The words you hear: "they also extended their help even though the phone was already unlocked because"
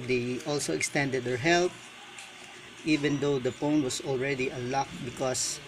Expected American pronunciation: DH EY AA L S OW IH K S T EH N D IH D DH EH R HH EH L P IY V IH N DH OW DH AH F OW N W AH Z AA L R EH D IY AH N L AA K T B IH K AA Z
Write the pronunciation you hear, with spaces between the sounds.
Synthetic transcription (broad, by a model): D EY AA L S OW IH K S T EH N D IH D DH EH R HH EH L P IY V IH N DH OW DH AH P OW N W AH S AA L R EH D IY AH L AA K B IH K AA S